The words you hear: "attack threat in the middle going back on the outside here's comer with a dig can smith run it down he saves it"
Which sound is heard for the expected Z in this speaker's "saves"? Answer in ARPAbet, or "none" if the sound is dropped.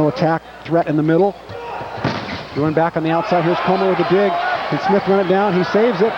Z